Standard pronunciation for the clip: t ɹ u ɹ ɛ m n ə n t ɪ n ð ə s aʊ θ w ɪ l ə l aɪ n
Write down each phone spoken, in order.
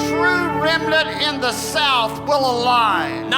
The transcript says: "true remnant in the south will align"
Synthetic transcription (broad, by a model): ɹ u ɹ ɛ m l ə t ɪ n ð ə s aʊ θ w ɪ l ə l aɪ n